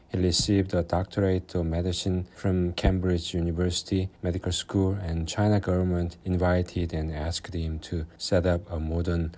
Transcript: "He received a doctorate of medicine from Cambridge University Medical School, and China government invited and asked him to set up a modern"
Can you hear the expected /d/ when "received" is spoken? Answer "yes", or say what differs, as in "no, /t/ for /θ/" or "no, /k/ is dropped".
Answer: yes